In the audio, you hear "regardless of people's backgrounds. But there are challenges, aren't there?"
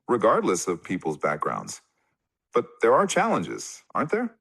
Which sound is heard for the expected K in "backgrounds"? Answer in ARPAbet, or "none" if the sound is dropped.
K